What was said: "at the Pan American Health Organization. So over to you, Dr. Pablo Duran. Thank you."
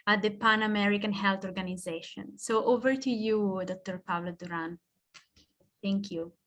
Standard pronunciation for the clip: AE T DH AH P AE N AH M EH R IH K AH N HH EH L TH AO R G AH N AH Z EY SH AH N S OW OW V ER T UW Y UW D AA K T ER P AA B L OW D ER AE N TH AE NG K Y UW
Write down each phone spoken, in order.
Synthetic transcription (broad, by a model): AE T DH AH P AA N AH M EH R IH K AH N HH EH L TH AO R G AH N AH Z EY SH AH N S OW OW V ER T UW Y UW D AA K T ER P AA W L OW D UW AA N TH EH NG K Y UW